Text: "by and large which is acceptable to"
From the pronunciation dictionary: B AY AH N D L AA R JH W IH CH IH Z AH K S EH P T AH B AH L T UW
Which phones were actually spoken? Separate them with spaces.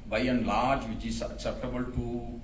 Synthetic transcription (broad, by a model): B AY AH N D L AA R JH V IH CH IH S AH S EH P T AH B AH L T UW